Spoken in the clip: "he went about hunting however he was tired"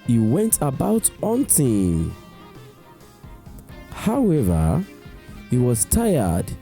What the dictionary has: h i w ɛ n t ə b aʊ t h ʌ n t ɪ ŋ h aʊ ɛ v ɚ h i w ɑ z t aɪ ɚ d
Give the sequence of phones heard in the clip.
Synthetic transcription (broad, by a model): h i w ɛ n t ə b aʊ t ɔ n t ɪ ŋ h aʊ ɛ v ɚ h i w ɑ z t aɪ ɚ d